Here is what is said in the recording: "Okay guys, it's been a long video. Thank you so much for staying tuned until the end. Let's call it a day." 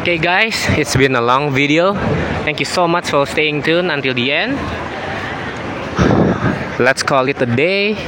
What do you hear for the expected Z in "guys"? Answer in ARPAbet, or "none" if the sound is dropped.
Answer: S